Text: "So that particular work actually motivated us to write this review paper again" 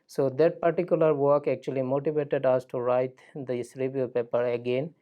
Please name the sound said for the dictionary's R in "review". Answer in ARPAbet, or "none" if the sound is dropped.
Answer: R